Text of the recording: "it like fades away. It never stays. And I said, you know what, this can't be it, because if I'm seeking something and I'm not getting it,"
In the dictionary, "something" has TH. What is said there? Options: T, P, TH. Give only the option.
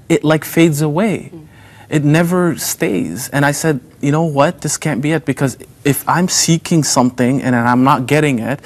TH